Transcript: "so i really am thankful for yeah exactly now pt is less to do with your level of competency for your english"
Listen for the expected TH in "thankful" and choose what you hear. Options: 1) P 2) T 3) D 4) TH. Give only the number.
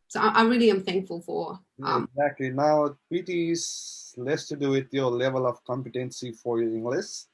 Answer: 4